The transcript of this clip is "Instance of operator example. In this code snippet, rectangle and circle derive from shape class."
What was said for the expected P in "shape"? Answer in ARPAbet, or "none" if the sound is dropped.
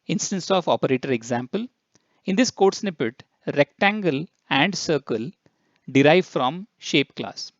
P